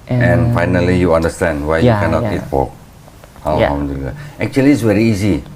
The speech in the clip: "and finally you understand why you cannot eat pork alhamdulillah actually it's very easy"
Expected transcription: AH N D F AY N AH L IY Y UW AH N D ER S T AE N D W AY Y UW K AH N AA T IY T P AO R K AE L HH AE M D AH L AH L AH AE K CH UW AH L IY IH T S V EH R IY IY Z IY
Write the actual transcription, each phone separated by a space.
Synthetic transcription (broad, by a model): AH N F AY N AH L IY Y UW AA N D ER S T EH N D W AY Y UW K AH N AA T IY T F AO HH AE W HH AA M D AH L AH AH K CH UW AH L IY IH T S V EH R IY IY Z IY